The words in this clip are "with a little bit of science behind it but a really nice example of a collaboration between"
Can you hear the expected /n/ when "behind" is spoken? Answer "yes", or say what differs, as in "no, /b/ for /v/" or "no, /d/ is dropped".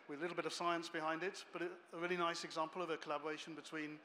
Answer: yes